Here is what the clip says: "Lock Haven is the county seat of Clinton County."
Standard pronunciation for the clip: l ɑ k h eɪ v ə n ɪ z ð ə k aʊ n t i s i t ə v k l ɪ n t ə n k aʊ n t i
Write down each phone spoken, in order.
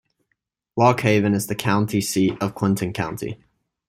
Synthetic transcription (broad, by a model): w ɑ k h eɪ v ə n ɪ z ð ə k aʊ n t i s i t ə v k w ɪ n t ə n k aʊ n t i